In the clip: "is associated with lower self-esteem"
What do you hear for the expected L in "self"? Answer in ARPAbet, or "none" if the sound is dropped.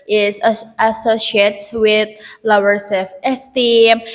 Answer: none